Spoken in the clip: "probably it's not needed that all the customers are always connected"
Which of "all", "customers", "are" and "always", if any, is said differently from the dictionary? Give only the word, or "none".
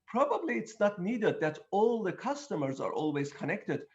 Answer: none